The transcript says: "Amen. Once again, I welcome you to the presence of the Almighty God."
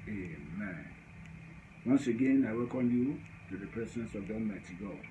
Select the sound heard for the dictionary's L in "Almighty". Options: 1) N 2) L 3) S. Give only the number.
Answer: 1